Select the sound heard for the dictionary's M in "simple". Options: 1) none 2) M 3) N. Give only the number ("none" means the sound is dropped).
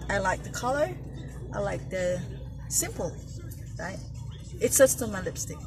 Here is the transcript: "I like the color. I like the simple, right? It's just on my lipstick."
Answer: 2